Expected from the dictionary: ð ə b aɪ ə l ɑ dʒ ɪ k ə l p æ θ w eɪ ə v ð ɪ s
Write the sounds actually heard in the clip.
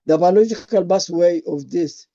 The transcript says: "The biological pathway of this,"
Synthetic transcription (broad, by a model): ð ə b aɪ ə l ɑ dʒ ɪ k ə l b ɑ s w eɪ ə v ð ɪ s